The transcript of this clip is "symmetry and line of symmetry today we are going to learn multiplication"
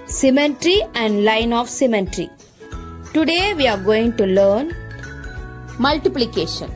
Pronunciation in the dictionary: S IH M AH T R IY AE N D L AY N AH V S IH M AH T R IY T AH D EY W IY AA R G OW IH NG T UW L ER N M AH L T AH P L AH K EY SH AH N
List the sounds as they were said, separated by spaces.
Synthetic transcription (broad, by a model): S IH M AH T R IY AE N D L AY N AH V S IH M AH T R IY T AH D EY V IY AA R G OW IH NG T UW L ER N M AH L T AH P L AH K EY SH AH N